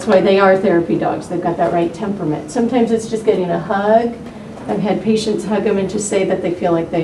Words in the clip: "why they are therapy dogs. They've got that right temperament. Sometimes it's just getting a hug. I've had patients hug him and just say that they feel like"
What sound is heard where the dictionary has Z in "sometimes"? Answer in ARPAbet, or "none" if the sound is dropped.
Z